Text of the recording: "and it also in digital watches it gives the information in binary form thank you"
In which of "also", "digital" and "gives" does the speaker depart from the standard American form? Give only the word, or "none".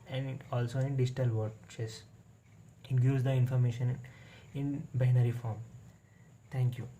gives